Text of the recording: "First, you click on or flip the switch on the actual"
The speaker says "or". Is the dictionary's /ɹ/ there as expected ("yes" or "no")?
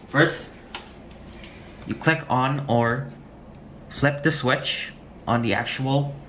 yes